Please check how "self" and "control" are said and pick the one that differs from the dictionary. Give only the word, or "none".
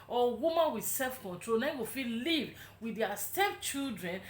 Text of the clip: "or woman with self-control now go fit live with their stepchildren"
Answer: none